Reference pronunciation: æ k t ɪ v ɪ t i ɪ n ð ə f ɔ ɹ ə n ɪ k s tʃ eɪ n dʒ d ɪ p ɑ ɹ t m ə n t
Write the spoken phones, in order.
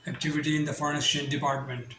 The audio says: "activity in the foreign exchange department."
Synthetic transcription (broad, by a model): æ k t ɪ v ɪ t i ɪ n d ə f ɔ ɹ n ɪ s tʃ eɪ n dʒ d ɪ p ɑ ɹ t m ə n t